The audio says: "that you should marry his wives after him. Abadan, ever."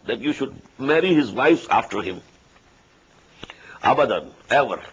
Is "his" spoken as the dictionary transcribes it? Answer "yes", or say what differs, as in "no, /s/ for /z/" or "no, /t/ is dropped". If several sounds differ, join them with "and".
yes